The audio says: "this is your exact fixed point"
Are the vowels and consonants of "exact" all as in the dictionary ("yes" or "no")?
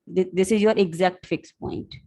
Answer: yes